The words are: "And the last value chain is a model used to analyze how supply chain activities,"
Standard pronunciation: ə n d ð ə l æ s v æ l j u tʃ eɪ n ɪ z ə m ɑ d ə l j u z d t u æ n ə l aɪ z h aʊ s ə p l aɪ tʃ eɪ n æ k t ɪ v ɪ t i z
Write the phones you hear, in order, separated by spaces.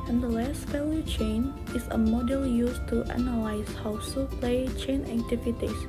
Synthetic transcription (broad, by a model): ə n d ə l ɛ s f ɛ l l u tʃ eɪ n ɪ s ə m ɑ d ə l j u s t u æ n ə l aɪ s h aʊ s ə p l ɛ tʃ eɪ n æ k t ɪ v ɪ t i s